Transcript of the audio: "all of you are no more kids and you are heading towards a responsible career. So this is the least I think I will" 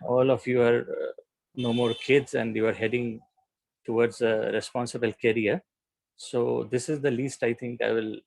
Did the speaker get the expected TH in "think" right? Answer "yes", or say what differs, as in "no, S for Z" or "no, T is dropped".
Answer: no, T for TH